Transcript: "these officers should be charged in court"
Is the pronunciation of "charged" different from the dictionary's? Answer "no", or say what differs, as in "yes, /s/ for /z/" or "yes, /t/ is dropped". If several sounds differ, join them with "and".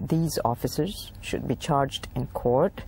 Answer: no